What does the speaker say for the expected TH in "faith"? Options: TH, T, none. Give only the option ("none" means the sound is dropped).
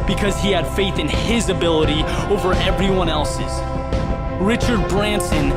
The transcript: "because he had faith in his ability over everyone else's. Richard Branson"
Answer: TH